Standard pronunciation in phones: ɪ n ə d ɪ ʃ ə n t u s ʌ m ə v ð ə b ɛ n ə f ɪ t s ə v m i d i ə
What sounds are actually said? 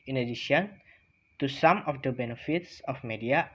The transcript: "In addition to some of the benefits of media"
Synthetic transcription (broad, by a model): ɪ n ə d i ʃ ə n t u s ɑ m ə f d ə b ɛ n ə f ɪ t s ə f m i d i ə